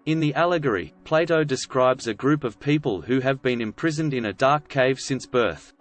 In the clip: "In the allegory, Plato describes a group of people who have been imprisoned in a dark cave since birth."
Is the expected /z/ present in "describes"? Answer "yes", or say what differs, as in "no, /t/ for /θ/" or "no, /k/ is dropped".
yes